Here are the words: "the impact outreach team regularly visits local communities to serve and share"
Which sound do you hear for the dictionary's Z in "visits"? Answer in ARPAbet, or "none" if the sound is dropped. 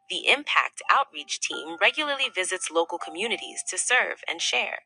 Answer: Z